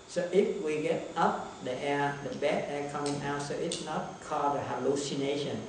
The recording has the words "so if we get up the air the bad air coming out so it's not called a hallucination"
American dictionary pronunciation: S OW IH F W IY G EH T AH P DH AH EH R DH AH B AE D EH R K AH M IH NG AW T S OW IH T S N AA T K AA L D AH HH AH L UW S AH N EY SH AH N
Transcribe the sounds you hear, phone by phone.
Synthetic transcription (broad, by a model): S OW IH F W IY G EH T AH P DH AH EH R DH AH B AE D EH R K AH M IH NG AW T S OW IH T S N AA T K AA D AH HH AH L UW S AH N EY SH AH N